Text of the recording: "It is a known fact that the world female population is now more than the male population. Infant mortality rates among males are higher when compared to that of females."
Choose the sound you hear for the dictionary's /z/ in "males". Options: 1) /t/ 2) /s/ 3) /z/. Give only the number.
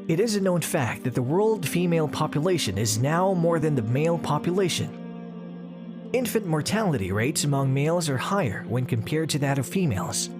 3